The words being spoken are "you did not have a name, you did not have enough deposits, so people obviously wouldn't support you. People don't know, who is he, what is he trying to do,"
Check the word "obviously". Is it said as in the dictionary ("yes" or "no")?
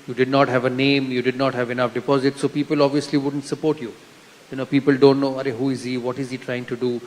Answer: yes